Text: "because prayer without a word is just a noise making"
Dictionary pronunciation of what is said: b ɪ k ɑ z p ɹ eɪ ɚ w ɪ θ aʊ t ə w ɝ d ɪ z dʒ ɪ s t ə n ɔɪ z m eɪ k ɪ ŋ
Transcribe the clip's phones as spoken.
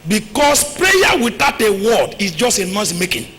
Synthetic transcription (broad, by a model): b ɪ k ɑ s p ɹ eɪ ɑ w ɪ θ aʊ t ə w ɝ d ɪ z dʒ ɪ s t ə n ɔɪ s m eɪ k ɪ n